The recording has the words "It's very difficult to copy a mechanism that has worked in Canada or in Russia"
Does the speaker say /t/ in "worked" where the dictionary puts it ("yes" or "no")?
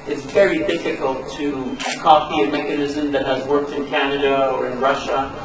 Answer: yes